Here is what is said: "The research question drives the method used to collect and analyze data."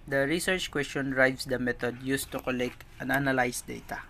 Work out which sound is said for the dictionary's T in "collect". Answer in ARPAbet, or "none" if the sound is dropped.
T